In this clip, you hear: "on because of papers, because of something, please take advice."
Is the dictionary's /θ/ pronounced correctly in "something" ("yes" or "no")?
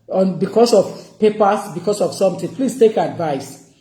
no